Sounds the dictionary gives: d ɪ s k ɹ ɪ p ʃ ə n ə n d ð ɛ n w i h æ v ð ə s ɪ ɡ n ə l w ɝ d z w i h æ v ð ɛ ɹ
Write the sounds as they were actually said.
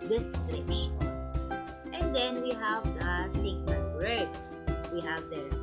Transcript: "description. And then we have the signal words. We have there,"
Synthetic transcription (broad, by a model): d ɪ s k ɹ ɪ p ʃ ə n ə n d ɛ n w i h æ v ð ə s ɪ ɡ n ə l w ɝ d s w i h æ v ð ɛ